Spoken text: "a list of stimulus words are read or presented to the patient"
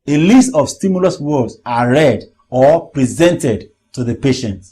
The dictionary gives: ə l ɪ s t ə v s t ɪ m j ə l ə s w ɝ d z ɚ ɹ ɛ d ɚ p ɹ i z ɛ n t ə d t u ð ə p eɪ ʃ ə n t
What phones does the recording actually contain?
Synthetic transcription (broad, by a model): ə l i s t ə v s t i m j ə l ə s w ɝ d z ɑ ɹ ɛ d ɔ p ɹ i z ɛ n t ə d t u ð ə p eɪ ʃ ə n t